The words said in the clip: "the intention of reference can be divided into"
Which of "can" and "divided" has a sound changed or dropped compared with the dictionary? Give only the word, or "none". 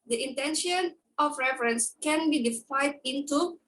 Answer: divided